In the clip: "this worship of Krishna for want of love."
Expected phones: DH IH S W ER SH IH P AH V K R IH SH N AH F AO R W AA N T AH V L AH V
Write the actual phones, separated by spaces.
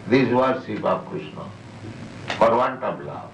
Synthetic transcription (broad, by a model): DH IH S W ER S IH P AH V K R IH SH N AH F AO R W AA N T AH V L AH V